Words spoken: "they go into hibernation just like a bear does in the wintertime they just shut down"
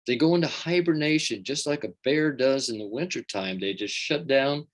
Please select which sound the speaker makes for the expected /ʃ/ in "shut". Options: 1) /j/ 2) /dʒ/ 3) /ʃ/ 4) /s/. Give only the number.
3